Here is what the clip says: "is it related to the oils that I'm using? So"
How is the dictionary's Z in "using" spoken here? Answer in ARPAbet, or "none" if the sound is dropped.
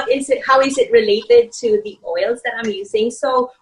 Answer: Z